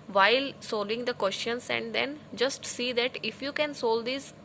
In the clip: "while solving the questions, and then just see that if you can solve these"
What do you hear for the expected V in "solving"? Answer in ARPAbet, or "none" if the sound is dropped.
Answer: none